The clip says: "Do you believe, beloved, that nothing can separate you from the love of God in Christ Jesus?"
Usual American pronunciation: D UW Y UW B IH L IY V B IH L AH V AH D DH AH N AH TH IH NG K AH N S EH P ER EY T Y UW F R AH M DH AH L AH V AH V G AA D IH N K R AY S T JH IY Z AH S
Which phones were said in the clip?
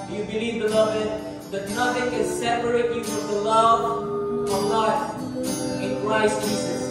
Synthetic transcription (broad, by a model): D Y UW B IH L IY V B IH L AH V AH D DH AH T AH F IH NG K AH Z S EH P ER EY T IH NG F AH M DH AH L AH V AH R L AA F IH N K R AY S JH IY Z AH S